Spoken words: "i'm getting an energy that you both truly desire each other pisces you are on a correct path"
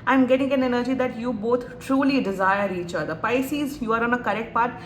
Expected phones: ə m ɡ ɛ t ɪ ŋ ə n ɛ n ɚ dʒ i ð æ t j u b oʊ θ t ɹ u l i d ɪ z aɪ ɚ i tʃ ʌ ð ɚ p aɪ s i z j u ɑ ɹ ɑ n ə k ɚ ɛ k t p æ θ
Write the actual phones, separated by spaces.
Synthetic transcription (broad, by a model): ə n ɡ ɛ t ɪ ŋ ə n ɛ n ɚ dʒ i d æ t j u b oʊ t t ɹ u l i d ɪ z aɪ ɚ i tʃ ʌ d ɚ p aɪ s i z j u ɑ ɹ ɑ n ə k ɚ ɛ k t p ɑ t